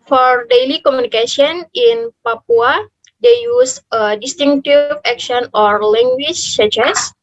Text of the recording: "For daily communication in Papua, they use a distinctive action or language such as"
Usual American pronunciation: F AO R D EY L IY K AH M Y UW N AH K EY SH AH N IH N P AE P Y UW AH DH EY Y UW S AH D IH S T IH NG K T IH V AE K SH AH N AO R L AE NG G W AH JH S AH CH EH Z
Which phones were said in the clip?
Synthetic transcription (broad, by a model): F AO R D EY L IY K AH M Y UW N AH K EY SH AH N IH N P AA P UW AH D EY Y UW S AH D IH S T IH NG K T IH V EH K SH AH N AO R L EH NG G W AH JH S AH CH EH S